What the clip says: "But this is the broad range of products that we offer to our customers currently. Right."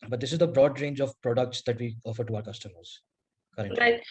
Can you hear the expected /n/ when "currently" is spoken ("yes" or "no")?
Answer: no